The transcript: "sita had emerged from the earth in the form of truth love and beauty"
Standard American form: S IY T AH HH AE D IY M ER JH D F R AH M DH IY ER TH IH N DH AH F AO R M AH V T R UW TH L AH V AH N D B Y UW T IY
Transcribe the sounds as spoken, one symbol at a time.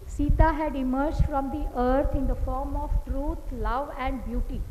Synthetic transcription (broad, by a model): S IY T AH HH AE D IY M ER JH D F R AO M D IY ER T IH N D AH F AO R M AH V T R UW T L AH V AH N D B Y UW T IY